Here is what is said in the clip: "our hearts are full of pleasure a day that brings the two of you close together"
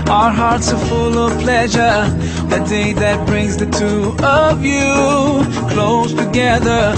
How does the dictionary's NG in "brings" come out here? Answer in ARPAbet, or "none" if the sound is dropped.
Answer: NG